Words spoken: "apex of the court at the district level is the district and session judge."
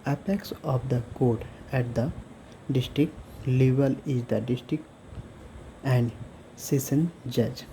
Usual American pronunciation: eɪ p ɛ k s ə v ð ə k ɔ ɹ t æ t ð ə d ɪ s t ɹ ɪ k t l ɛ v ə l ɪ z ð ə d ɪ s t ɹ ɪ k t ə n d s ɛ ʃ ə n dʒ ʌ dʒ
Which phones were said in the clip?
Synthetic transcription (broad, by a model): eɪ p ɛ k s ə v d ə k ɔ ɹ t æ t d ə d ɪ s t ɹ ɪ k t l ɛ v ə l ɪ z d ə d ɪ s t ɹ ɪ k t ə n d s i s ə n dʒ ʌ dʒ